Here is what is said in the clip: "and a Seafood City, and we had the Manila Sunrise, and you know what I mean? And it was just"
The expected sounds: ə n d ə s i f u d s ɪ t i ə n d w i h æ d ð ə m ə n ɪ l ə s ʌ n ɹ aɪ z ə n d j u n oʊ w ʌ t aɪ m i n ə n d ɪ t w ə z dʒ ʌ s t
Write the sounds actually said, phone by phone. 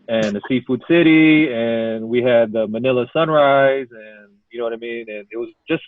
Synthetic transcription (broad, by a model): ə n ə s i f u d s ɪ t i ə n w i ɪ d ð ə m ə n ɪ l ə s ʌ n ɹ aɪ z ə n j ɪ n oʊ w ʌ t aɪ m i n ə n ɪ t w ə z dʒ ʌ s t